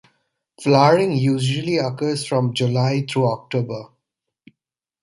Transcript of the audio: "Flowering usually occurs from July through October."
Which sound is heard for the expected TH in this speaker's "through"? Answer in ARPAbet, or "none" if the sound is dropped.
T